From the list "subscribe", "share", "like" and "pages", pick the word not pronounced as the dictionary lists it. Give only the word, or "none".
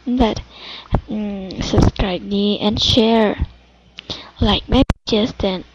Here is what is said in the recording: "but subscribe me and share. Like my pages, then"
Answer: pages